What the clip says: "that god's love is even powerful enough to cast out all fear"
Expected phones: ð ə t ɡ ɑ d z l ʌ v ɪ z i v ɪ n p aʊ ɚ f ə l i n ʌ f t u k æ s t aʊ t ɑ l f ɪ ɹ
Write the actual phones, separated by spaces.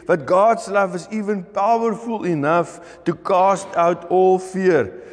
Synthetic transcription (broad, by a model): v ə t ɡ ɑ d s l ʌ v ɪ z i v ɪ n p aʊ ɚ f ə l i n ʌ f t u k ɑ s t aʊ t ɑ l f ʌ ɹ